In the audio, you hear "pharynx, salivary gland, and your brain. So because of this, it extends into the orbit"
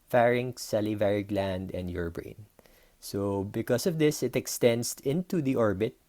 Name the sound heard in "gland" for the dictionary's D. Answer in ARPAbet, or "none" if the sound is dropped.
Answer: D